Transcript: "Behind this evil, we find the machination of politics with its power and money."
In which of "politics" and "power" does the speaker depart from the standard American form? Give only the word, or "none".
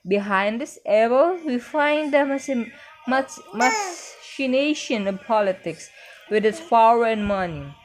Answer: power